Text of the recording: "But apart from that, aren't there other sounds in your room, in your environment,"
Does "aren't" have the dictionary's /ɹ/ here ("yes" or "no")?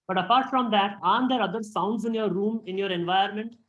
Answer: no